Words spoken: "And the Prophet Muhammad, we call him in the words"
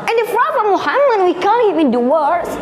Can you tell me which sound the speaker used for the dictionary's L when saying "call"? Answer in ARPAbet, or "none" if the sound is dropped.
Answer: N